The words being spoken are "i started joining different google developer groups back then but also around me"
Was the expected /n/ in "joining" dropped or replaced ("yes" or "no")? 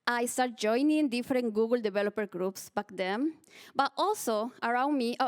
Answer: no